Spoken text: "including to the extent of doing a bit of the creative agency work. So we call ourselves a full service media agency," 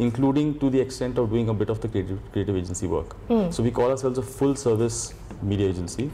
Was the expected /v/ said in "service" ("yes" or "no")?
yes